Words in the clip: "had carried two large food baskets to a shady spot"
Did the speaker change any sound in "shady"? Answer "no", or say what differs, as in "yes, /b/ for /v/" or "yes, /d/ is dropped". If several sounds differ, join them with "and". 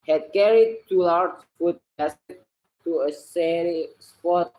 yes, /s/ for /ʃ/